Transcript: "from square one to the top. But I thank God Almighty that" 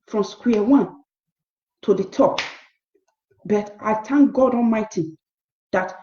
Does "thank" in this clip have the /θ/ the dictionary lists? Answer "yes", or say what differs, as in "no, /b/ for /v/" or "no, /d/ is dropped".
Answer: no, /t/ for /θ/